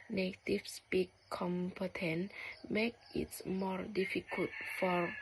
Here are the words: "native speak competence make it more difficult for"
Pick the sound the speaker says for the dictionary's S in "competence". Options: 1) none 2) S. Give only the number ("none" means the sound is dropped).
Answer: 1